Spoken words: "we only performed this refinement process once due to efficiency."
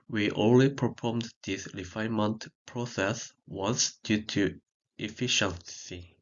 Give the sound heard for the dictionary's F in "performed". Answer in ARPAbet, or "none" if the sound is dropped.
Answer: P